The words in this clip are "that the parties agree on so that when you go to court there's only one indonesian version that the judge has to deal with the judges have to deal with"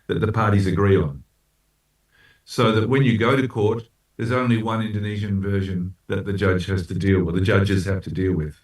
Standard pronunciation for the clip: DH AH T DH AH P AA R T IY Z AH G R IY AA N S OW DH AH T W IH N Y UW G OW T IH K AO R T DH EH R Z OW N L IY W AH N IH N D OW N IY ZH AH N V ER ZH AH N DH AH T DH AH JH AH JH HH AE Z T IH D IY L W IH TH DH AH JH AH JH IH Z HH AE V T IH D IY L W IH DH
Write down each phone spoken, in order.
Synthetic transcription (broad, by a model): DH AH T DH AH P AA R T IY Z AH G R IY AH N S OW DH AH T W IH N Y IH G OW T IH K AO R T DH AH R Z OW N L IY W AH N IH N D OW N IY ZH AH N V ER ZH AH N DH AH T DH AH JH AH JH HH AE Z T IH D IY L W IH DH AH JH AH JH IH Z HH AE F T IH D IY L W IH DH